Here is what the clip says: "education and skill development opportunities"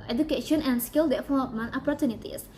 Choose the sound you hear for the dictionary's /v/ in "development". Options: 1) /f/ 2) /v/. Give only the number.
1